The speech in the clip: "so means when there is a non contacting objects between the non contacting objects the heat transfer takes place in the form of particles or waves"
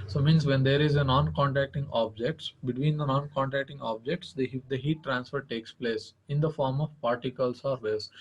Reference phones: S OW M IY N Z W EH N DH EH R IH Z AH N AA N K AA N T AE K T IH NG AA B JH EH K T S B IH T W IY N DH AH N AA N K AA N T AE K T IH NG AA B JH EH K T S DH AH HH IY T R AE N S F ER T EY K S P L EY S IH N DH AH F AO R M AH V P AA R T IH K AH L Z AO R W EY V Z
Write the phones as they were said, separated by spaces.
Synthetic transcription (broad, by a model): S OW M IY N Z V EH N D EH R IH Z AH N AA N K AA N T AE K T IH NG AA B JH EH K T S B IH T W IY N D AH N AA N K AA N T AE K T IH NG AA B JH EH K T S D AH HH IY T R AE N S F ER T EY K S P L EY S IH N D AH F AO R M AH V P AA R T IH K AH L S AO R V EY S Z